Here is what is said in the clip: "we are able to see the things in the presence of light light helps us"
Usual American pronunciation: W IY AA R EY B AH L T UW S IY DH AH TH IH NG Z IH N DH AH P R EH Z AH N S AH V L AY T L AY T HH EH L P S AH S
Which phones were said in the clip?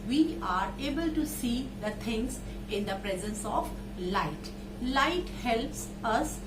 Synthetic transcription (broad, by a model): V IY AA R EY B AH L T UW S IY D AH T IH NG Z IH N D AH P R EH Z AH N S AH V L AY T L AY T HH EH L P S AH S